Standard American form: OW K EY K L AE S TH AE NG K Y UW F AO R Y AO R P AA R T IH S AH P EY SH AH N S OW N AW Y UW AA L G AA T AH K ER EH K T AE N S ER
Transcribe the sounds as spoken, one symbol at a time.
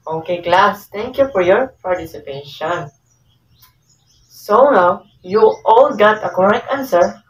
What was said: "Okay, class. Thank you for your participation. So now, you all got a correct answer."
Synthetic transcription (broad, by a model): OW K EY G L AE S T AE NG K Y UW F AO R Y AO R P AA R T IH S AH P EY SH AH N S OW N AW Y UW AA L G AA T AH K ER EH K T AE N S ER